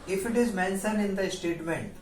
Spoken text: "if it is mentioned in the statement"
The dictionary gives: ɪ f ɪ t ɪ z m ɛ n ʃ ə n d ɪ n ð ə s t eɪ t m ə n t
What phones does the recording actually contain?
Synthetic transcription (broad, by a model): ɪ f ɪ t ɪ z m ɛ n s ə n ɪ n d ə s t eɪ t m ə n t